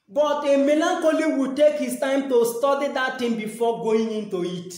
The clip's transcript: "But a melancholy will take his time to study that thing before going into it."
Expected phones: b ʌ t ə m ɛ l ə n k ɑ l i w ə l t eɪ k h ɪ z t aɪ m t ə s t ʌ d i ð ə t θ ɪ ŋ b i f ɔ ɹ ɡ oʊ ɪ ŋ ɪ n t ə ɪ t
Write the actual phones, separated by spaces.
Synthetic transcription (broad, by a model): b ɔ t ə m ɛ l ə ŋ k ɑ l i w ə t eɪ k h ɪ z t aɪ m t ə s t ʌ d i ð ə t t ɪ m b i f ɔ ɡ oʊ ɪ ŋ ɪ n t ə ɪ t